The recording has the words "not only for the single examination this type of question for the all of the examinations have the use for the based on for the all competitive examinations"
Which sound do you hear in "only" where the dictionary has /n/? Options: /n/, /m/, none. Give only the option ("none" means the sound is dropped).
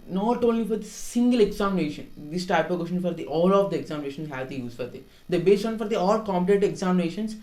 none